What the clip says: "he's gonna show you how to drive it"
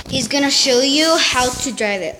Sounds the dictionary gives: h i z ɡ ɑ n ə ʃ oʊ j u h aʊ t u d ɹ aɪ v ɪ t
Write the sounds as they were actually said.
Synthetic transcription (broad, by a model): h i z ɡ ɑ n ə ʃ oʊ j u h aʊ t u d ɹ aɪ v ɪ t